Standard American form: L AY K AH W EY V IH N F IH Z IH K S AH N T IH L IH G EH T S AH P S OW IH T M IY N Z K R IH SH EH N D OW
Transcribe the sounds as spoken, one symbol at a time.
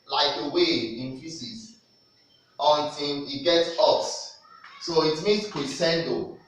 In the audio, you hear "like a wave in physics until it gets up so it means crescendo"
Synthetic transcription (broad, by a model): L AY K AH W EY IH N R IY S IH S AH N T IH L IH G EH T S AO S S OW IH T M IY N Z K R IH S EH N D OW